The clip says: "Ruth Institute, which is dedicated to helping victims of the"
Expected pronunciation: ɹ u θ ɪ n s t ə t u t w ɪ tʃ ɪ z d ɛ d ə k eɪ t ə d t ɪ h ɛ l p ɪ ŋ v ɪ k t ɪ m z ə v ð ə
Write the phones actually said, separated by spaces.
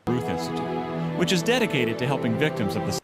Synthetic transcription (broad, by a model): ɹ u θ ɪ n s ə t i w ɪ tʃ ɪ z d ɛ d ə k eɪ t ə d t ɪ h ɛ l p ɪ ŋ v ɪ k t ɪ m z ə v ð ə